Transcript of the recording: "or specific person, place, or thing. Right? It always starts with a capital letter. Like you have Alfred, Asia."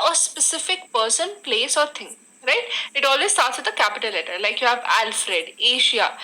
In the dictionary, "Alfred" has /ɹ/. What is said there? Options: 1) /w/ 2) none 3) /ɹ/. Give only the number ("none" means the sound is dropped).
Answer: 3